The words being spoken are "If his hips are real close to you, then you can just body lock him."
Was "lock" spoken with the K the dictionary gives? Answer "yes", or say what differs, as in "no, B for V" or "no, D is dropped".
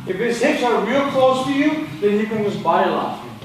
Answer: no, K is dropped